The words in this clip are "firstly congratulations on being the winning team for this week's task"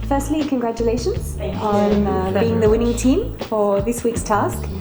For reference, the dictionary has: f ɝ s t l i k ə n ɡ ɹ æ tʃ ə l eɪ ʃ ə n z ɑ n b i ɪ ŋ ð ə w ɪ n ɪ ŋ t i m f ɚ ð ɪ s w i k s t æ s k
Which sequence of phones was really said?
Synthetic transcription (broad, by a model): f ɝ s t l i k ə n ɡ ɹ æ tʃ ə l eɪ ʃ ə n z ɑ n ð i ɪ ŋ ð ə w ɪ n ɪ ŋ t i m f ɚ ð ɪ s w i k s t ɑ s k